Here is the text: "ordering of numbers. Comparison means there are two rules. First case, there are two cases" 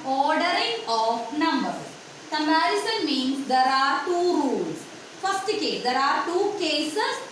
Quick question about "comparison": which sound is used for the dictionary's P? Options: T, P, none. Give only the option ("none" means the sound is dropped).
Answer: none